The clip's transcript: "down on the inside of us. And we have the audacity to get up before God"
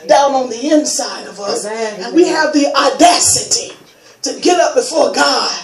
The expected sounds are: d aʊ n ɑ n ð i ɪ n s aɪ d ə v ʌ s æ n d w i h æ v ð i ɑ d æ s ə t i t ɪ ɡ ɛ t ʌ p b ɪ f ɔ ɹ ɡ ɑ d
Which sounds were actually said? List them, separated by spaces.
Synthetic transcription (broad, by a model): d aʊ n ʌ n ð i ɪ n s aɪ d ə v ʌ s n w i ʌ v ð i ɑ d æ s ə t i t ɪ ɡ ɛ t ʌ p b ɪ f ɔ ɹ ɡ ɑ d